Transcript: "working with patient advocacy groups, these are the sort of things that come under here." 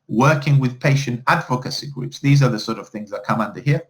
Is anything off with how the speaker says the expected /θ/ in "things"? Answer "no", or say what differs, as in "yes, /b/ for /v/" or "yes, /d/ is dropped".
no